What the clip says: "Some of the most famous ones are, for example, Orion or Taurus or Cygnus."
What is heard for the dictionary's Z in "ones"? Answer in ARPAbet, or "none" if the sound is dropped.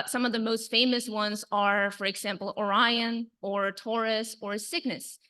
Z